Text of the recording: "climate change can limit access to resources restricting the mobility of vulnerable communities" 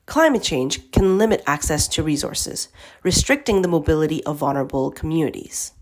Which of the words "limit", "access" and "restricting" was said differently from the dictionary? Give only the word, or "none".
none